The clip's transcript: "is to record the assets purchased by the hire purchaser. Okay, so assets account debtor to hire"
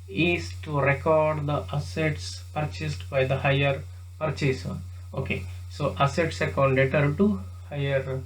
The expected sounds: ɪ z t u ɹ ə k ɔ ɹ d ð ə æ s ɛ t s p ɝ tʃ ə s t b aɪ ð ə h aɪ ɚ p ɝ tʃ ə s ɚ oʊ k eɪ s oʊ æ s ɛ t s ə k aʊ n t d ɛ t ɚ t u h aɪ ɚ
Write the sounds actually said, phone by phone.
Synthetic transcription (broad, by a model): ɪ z t u ɹ ə k ɔ ɹ d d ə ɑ s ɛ t s p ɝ tʃ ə s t b aɪ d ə h aɪ ɚ p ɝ tʃ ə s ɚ oʊ k eɪ s oʊ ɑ s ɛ t s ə k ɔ t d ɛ t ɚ t u h aɪ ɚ